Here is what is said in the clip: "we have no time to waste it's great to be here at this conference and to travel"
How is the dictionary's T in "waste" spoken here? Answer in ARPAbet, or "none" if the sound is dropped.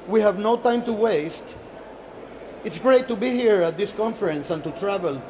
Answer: T